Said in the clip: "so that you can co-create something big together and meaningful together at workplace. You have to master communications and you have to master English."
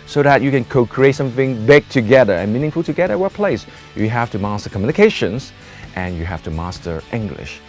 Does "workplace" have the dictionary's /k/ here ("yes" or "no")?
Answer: no